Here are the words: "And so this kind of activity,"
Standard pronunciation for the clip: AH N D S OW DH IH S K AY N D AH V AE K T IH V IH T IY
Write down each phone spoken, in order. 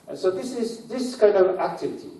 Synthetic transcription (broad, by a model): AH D S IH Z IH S K AY N D AH V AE K T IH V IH T IY